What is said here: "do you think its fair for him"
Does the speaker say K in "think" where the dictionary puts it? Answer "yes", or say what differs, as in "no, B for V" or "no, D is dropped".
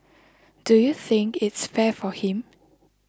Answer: yes